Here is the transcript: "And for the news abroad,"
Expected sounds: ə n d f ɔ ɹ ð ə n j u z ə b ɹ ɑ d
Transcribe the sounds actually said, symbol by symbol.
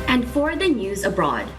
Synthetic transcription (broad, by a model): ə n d f ɔ ɹ ð ə n j u z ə b ɹ ɑ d